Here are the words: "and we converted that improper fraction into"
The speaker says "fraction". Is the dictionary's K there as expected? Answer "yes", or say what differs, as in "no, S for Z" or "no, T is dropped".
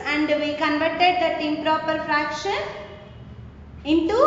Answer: yes